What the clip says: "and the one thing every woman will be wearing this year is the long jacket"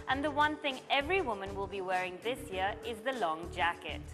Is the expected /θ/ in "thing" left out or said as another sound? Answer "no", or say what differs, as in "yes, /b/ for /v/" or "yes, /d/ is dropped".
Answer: no